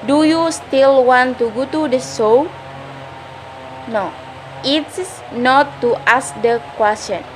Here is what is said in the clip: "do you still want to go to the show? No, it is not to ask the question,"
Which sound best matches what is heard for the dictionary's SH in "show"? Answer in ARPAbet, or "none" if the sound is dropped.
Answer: S